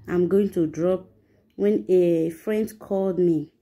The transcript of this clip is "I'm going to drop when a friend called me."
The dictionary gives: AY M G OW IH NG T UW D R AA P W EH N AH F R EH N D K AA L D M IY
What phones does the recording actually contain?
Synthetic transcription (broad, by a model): AY M G OW IH NG T UW D R AA P W EH N AH F R EH N D K AA L D M IY